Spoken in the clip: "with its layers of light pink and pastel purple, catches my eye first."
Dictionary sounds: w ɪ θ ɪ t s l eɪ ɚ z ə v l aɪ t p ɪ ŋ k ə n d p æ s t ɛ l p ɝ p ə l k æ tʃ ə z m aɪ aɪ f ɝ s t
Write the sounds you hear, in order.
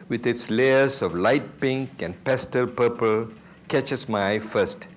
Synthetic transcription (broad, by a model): w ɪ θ ɪ t s l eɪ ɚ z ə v l aɪ t p ɪ ŋ k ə n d p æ s t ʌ l p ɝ p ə l k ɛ tʃ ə s m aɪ aɪ f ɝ s t